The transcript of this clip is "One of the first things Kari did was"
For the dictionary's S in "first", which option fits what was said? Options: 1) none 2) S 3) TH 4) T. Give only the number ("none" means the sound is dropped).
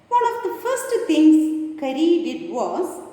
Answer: 2